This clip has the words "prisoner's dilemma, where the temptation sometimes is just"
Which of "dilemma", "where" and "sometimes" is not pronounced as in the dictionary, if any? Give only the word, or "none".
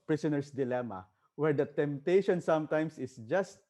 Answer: sometimes